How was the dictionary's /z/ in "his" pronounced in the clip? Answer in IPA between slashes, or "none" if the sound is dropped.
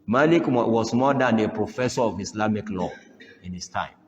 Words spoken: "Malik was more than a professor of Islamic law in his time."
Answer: /s/